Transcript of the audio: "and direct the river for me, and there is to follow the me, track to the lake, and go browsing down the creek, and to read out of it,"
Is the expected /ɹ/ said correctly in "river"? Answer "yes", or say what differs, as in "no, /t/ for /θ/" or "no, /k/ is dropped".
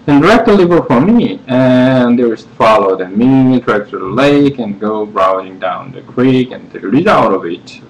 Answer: no, /l/ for /ɹ/